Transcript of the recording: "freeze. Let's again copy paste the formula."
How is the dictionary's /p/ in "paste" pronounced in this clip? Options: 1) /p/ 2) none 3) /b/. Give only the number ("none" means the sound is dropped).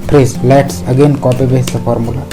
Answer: 3